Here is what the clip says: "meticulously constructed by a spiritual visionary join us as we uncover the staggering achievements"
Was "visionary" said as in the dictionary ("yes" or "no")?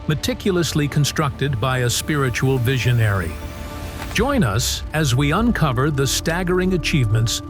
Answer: yes